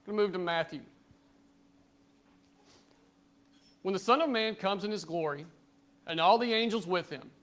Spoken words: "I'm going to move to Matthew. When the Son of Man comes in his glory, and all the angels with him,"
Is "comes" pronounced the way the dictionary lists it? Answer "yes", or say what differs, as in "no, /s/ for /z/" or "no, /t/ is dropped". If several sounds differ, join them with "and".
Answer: yes